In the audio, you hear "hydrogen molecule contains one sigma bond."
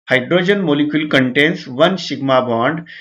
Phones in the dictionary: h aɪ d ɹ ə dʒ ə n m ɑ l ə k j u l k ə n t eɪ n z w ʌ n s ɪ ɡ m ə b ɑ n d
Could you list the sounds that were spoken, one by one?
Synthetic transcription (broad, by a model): h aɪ d ɹ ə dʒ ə n m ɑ l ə k j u l k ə n t eɪ n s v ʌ n ʃ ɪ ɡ m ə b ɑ n d